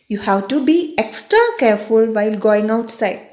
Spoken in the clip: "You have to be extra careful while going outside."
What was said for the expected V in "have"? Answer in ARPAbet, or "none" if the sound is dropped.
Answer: W